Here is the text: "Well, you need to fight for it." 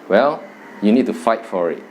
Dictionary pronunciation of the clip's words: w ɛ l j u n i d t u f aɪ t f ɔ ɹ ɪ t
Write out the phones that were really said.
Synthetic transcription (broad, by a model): w ɛ l j u n i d t u f aɪ t f ɔ ɹ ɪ t